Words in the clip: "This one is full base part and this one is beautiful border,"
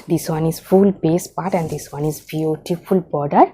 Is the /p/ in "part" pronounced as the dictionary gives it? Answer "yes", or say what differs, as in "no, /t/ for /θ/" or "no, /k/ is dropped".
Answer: yes